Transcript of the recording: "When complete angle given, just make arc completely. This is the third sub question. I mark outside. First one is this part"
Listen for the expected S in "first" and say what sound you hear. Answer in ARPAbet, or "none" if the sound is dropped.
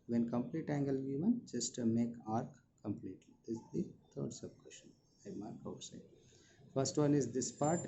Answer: S